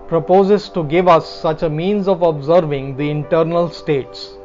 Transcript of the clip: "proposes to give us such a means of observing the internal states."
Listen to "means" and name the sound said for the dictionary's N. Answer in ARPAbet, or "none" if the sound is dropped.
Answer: N